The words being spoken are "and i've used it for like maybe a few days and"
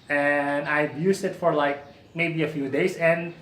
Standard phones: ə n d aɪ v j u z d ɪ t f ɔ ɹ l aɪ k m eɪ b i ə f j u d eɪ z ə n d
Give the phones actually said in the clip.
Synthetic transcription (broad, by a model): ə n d aɪ b j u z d ɪ t f ɔ ɹ l aɪ k m eɪ b i ə f j u d eɪ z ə n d